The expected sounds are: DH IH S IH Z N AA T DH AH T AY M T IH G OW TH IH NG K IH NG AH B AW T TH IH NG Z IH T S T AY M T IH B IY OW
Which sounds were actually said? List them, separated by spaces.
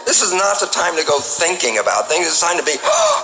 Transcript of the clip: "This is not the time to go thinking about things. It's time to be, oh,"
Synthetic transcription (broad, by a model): DH IH S IH Z N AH T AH T AY M T IH G OW TH IH NG K IH NG AH B AW T TH IH NG Z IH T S AY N T IH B IY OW